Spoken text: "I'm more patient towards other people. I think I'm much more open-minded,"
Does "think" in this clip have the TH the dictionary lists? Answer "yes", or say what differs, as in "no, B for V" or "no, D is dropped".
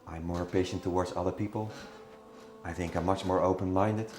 yes